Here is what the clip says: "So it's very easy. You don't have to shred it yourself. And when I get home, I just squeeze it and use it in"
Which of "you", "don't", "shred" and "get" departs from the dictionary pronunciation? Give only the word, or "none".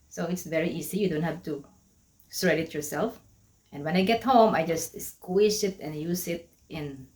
shred